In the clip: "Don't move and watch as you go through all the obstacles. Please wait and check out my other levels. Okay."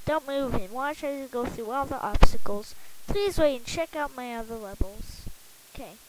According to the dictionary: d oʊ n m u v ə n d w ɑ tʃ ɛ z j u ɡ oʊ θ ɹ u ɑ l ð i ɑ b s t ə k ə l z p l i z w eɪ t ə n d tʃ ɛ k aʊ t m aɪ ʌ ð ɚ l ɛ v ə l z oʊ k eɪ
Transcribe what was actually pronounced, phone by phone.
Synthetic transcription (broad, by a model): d oʊ n m u v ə n w ɑ tʃ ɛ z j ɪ ɡ oʊ θ ɹ u ɑ l ð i ɑ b s t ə k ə l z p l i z w eɪ ə n tʃ ɛ k aʊ t m aɪ ʌ ð ɚ l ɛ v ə l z oʊ k eɪ